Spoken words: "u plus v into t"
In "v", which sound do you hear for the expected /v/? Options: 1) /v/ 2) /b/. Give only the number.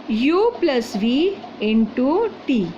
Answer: 1